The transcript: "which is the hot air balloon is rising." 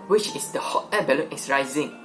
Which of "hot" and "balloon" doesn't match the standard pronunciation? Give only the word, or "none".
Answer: balloon